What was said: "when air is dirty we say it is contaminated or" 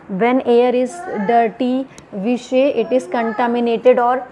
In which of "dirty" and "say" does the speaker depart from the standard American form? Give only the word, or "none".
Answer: say